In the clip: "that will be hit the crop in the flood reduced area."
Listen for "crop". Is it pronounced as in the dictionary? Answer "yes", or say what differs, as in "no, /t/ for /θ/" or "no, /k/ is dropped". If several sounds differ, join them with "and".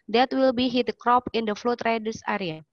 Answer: yes